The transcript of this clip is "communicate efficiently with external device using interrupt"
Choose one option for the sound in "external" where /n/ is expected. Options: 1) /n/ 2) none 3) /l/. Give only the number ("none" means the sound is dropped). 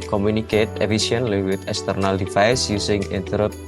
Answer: 1